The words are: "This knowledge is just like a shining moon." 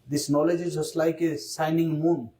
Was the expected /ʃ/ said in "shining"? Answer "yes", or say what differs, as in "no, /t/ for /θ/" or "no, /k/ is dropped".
no, /s/ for /ʃ/